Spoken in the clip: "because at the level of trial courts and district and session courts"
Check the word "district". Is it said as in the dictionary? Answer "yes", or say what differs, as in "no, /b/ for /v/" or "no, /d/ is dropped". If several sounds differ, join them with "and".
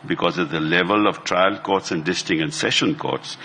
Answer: no, /ɹ/ is dropped